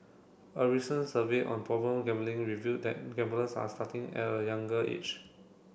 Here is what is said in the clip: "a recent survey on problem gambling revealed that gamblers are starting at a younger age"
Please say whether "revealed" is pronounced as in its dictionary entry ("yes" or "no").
no